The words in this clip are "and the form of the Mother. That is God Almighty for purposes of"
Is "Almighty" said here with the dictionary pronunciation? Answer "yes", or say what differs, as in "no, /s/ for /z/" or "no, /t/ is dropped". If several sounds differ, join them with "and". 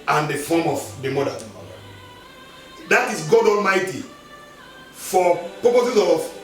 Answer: yes